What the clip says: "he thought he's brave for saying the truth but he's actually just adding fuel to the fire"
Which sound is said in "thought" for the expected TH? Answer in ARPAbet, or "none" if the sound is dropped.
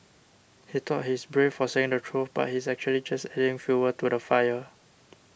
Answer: T